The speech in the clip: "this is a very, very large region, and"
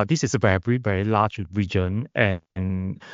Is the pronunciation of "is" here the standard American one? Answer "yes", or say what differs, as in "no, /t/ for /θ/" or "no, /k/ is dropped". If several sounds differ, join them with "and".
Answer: no, /s/ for /z/